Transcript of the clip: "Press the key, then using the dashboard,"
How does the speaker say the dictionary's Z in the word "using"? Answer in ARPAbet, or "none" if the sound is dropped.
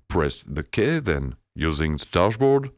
Z